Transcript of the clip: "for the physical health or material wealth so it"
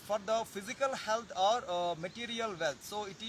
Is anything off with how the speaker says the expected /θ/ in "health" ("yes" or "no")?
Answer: yes